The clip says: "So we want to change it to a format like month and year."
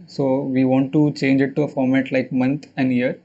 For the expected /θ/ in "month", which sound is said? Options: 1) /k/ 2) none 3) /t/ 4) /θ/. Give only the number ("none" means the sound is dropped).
3